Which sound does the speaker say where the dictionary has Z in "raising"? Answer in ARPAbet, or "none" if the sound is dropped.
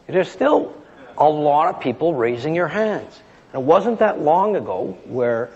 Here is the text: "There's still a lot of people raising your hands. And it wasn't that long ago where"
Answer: Z